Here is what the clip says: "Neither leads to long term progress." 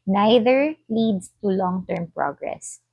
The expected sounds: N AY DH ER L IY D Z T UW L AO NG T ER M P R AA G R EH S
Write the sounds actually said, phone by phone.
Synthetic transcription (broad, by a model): N AY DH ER L IY D S T UW L AO NG T ER M P R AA G R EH S